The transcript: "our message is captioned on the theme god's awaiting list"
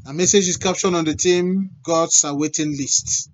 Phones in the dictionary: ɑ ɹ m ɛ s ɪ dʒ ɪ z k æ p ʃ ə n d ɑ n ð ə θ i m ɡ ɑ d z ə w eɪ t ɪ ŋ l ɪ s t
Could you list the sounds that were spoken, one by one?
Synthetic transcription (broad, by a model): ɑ m ɛ s ɪ dʒ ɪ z k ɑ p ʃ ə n ɑ n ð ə t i m ɡ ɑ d s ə w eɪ t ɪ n l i s t